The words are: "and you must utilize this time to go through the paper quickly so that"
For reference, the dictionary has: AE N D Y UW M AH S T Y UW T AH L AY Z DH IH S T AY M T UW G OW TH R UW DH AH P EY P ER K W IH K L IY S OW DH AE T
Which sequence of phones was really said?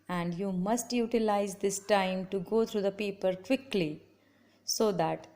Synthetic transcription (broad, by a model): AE N D Y UW M AH S T Y UW T AH L AY Z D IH S T AY M T UW G OW T R UW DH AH P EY P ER K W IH K L IY S OW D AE T